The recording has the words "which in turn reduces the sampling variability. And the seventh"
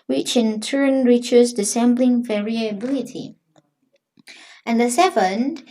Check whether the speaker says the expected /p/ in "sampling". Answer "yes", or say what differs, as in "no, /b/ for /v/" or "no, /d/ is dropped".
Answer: no, /b/ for /p/